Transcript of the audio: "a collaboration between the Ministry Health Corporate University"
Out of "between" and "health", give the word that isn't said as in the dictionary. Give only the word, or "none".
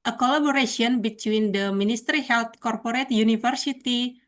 health